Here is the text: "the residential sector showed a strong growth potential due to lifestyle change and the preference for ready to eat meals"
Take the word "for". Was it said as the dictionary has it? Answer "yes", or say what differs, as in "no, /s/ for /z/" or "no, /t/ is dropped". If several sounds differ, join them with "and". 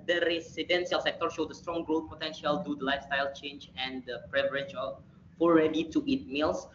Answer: no, /l/ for /ɹ/